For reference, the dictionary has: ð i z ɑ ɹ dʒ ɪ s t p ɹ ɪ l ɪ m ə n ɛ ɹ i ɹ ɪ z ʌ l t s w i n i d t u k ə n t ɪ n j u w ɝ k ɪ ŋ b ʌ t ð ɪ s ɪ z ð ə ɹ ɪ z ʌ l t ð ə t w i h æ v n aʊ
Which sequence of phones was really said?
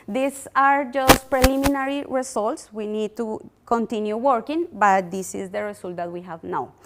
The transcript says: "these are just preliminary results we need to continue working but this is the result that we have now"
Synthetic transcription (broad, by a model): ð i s ɑ ɹ dʒ ɪ s t p ɹ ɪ l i m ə n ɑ ɹ i ɹ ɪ s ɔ l t s w i n i d t u k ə n t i n j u w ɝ k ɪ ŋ b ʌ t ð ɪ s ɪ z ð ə ɹ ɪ s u l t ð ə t w i h æ v n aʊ